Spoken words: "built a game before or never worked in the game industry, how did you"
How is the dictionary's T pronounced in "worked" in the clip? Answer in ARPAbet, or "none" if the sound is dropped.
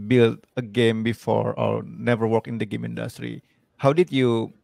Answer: none